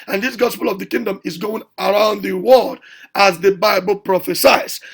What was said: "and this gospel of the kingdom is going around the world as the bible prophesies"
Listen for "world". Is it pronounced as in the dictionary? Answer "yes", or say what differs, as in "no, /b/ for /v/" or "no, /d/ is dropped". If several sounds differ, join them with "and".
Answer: no, /l/ is dropped